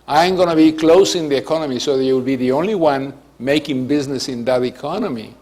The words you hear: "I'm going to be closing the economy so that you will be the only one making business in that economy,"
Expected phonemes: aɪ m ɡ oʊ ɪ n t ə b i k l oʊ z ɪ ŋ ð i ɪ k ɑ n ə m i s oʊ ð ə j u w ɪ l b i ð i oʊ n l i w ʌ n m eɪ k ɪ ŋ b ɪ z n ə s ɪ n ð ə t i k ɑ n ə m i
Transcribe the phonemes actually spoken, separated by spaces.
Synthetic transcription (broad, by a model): aɪ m ɡ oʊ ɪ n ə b i k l oʊ s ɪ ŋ ð i ɪ k ɑ n ə m i s oʊ ð ə j u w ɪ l b i ð i oʊ n l i w ʌ n m eɪ k ɪ ŋ b ɪ z n ə s ɪ n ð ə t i k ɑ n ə m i